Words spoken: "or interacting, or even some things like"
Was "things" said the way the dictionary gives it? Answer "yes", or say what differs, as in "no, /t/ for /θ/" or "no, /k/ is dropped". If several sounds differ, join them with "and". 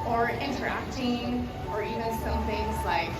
yes